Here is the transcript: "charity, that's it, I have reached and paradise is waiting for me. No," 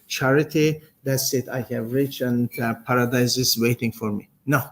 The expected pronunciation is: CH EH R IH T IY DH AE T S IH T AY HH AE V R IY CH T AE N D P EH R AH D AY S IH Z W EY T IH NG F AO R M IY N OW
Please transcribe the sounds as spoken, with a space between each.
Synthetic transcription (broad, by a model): CH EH R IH T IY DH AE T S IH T AY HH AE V R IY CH AE N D P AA R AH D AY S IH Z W EY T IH NG F AO R M IY N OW